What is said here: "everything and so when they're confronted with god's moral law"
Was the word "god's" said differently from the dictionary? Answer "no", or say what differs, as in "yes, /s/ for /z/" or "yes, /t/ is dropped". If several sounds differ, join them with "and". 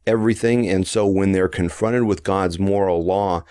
no